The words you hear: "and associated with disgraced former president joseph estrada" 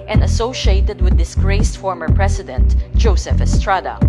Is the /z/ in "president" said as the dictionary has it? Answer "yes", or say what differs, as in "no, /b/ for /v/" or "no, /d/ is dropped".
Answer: no, /s/ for /z/